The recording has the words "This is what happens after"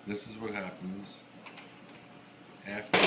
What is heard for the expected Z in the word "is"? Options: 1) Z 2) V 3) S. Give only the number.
1